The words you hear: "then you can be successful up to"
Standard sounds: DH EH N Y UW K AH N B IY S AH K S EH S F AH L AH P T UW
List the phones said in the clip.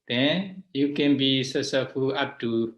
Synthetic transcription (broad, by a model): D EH N Y UW K AH N B IY S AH S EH F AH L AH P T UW